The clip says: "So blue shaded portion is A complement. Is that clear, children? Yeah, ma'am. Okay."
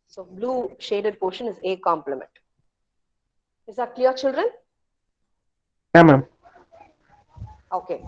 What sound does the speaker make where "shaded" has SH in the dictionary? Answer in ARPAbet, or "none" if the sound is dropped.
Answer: SH